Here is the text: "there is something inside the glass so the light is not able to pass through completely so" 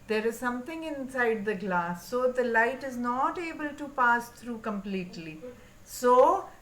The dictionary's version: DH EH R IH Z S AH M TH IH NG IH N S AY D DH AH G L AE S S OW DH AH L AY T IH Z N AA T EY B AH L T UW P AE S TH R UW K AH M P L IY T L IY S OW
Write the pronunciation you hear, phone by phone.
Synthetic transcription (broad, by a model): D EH R IH Z S AH M T IH NG IH N S AY D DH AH G L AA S S OW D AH L AY T IH Z N AA T EY B AH L T UW P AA S T R UW K AH M P L IY T L IY S OW